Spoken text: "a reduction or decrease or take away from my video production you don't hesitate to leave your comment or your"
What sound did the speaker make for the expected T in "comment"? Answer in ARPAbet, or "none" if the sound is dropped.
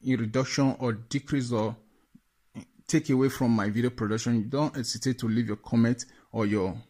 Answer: T